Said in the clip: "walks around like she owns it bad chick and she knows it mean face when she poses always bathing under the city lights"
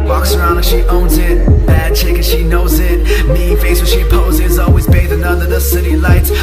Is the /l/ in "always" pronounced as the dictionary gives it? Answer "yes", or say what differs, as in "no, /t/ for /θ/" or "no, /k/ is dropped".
yes